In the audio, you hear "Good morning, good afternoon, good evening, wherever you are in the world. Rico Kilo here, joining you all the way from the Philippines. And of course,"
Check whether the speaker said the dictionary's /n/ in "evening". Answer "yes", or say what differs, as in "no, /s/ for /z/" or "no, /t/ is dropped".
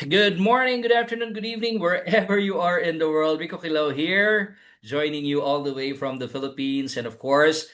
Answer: yes